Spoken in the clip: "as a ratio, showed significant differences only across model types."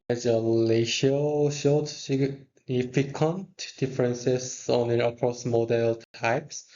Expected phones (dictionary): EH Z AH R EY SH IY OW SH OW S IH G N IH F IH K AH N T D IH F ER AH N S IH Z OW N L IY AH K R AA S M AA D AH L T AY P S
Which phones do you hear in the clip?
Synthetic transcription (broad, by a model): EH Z AH L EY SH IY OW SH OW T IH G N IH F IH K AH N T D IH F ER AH N S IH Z OW N L IY AH K R AA S M AA D AH L T AY P S